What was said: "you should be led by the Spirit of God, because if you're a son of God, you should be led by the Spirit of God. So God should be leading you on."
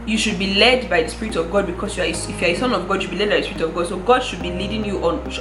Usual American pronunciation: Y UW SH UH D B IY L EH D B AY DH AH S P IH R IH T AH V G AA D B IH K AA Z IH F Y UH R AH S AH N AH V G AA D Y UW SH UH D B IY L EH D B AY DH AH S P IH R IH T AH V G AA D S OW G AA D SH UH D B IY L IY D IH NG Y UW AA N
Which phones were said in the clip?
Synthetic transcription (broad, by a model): Y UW SH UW D B IY L EH D B AY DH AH S P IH R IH T AH V G AA D B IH K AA S IH F Y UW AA AH S AH N AH V G AA D Y UW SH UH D B IY L EH D B AY DH AH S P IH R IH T AH V G AA D S OW G AA D SH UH D B IY L IY D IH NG Y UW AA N